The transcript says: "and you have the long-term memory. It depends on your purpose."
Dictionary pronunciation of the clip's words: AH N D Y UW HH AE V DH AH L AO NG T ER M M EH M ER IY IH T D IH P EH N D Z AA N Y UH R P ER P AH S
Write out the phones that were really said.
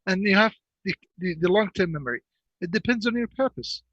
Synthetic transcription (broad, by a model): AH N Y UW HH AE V DH AH L AO NG T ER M M EH M ER IY IH T D IH P EH N D Z N Y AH R P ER P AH S